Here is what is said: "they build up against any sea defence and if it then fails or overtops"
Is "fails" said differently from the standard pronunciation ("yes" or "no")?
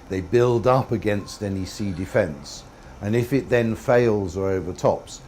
no